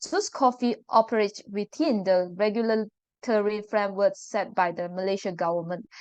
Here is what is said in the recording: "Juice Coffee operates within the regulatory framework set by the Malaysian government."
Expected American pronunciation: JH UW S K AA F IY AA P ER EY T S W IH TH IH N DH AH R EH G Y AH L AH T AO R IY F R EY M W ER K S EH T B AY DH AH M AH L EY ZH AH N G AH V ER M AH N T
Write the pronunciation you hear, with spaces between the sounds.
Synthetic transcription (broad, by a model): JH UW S K AA F IY AA P ER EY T W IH T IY N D AH R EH G Y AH L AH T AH R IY F R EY M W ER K S EH T B AY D AH M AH L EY SH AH G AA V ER M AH N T